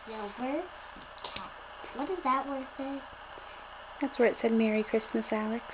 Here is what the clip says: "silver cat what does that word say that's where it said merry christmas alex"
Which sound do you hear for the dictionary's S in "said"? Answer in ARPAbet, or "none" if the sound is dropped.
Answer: S